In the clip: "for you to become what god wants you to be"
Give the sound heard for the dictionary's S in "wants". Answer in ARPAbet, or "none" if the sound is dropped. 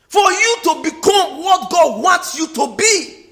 S